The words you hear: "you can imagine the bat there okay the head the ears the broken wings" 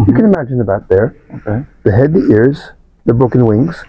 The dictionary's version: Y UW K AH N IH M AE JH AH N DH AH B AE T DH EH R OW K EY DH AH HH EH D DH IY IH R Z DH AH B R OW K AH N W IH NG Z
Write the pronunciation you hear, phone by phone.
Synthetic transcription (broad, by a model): Y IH K AH N IH M AE JH AH N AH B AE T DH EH R OW K EY DH AH HH EH D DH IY IH R Z DH AH B UH K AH N W IH NG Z